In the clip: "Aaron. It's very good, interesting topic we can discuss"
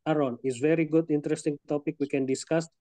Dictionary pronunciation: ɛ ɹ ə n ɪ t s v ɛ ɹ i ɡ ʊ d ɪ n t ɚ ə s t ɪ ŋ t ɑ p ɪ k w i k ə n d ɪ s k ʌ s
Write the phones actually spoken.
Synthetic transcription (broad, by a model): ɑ ɹ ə n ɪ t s v ɛ ɹ i ɡ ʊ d ɪ n t ɚ ə s t ɪ ŋ t ɑ p ɪ k w i k ə n d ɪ s k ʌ s